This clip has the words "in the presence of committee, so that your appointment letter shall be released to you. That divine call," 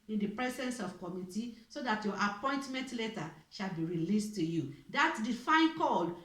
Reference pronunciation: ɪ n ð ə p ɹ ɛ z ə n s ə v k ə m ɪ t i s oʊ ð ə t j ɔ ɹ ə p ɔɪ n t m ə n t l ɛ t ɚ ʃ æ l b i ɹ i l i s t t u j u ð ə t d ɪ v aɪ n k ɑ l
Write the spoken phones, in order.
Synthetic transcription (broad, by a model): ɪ n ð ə p ɹ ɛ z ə n s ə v k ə m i t i s oʊ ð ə t j ɔ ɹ ə p ɔɪ n t m ə n t l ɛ t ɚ ʃ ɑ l b i ɹ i l i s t t u j u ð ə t d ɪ f aɪ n k ɑ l